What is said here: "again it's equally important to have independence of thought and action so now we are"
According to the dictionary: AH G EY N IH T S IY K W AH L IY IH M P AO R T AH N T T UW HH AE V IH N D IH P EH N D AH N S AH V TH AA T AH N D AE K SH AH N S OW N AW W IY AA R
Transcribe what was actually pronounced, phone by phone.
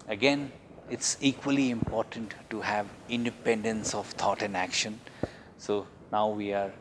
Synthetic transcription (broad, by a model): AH G EY N IH T S IY K W AH L IY IH M P AO R T AH N T T UW HH AE V IH N D IH P EH N D AH N S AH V T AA T AH N D AE K SH AH N S OW N AW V IY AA R